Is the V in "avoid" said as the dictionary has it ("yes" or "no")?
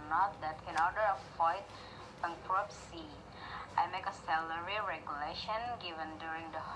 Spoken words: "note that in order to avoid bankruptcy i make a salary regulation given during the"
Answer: no